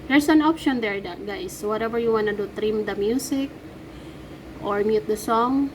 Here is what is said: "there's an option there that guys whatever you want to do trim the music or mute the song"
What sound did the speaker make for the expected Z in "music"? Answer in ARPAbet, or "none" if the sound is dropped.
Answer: S